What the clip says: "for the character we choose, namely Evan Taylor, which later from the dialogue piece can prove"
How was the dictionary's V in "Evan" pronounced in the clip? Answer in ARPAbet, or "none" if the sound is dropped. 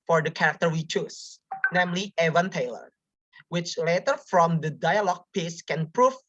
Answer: V